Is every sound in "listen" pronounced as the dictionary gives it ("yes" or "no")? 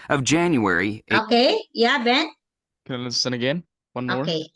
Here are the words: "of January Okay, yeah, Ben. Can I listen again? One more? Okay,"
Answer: no